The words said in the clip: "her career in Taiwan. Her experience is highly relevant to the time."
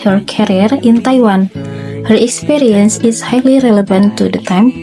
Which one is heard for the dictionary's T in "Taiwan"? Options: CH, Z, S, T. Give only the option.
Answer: T